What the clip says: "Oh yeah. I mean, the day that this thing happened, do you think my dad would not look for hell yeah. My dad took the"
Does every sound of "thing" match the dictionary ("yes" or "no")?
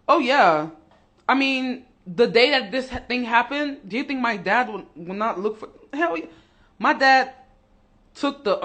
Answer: yes